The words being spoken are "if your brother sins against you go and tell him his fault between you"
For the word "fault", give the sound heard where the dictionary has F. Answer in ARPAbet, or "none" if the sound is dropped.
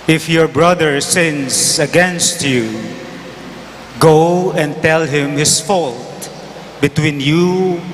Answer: F